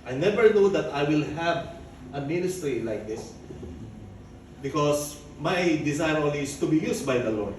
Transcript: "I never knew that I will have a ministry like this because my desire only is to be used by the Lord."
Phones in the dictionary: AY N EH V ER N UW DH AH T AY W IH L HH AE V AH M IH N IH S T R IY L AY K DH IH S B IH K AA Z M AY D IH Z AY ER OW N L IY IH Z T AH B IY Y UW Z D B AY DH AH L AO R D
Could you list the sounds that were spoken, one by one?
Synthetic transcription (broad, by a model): AY N EH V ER N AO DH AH T AY W IH L HH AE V AH M IH N IH S T R IY L AY K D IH S B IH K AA S M AY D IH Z AY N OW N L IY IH S T AH B IY Y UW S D B AY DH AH L AO R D